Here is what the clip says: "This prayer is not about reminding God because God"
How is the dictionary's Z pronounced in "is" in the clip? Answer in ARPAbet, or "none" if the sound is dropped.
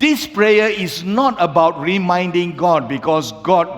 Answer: S